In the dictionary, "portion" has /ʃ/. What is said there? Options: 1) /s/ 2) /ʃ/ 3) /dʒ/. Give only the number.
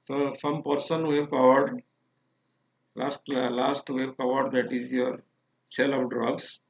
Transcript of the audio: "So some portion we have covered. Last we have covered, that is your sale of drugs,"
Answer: 1